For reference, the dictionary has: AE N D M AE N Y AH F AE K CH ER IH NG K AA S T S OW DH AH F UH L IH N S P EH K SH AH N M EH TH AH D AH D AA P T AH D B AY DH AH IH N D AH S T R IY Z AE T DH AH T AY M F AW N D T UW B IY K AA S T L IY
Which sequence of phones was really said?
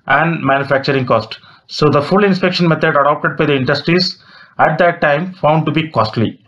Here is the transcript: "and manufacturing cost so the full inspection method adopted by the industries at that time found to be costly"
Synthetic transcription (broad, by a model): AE N D M AE N Y AH F AE K CH ER IH NG K AA S T S OW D AH F UH L IH N S P EH K SH AH N M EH T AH D AH D AA P T AH D B AY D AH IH N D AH S T R IY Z AE T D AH T AY M F AW N D T UW B IY K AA S T L IY